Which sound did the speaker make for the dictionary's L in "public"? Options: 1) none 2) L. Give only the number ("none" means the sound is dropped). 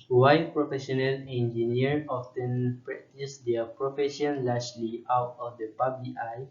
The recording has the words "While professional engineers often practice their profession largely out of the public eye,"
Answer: 1